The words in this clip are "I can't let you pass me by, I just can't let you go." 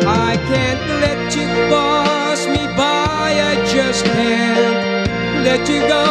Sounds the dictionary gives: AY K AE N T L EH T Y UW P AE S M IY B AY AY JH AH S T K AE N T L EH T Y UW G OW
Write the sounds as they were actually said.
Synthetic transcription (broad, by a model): AY K AE N T L EH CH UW B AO S M IY B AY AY JH AH S T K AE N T L EH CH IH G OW